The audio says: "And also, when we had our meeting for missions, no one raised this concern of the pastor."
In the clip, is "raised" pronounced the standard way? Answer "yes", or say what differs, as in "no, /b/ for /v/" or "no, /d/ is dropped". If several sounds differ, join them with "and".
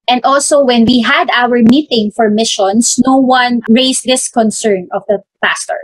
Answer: no, /s/ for /z/